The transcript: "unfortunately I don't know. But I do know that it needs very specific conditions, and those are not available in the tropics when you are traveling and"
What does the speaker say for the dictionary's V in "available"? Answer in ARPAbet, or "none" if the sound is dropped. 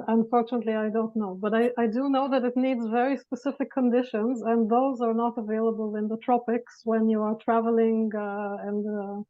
V